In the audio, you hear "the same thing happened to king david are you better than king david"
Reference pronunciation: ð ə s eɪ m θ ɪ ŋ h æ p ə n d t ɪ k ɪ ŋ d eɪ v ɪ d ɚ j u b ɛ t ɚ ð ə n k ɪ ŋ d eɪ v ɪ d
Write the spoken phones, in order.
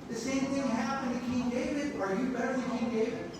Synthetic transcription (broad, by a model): ð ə s eɪ m θ ɪ ŋ h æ p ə n t ɪ k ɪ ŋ d eɪ v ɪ d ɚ j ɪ b ɛ t ɚ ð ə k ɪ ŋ d eɪ v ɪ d